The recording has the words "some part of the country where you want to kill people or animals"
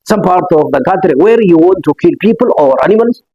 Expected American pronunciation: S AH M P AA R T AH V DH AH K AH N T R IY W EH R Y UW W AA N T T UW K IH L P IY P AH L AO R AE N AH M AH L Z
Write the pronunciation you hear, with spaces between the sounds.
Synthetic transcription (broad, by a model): S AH M P AA R T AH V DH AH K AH T R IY W EH R Y UW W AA N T T UW K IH L P IY P AH L AO R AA N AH M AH L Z